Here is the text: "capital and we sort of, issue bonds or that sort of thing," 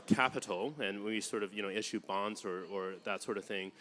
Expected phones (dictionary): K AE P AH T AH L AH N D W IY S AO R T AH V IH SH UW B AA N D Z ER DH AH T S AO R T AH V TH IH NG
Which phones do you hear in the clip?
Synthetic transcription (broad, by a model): K AE P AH T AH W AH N W IY S AO R T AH V IH SH UW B AA N D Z ER DH AH T S AO R T AH V TH IH NG